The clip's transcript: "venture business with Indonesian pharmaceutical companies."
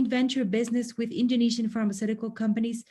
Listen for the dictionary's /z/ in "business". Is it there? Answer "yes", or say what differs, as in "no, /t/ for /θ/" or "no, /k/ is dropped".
yes